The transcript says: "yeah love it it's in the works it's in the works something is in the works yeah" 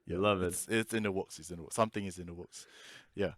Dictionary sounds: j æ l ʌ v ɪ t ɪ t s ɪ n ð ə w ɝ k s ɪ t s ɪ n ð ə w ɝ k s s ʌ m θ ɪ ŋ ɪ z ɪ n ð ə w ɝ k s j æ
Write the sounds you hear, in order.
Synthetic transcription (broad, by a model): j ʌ l ʌ v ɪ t ɪ t s ɪ n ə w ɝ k s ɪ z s ɪ n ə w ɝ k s s ʌ m θ ɪ ŋ ɪ z ɪ n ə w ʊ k s j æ